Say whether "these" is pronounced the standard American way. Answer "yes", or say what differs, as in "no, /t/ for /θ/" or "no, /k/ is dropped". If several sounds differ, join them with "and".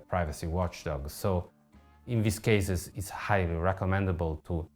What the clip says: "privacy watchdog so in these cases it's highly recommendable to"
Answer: no, /s/ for /z/